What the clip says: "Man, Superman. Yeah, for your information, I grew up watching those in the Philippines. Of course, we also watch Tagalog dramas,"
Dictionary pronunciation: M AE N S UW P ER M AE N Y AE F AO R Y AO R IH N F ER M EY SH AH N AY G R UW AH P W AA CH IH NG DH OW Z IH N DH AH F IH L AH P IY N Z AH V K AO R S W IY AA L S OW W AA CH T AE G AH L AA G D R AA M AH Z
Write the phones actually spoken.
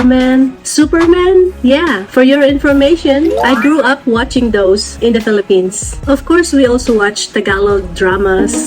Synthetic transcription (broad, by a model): M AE N S UW P ER M AE N Y AE F AO R Y AO R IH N F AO M EY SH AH N AY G R UW AH P W AA CH IH NG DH OW S IH N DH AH F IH L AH P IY N S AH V K AO R S W IY AA L S OW W AA CH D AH G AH L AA D R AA M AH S